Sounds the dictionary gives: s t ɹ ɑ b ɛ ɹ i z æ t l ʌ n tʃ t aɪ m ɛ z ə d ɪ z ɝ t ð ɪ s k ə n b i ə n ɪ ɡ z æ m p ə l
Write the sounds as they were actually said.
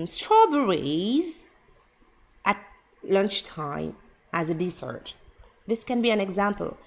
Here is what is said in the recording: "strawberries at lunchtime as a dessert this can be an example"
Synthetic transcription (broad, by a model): s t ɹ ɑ b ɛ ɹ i z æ t l ʌ n tʃ t aɪ m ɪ z ə d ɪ s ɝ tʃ ð ɪ s k ə n b i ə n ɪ ɡ z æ m p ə l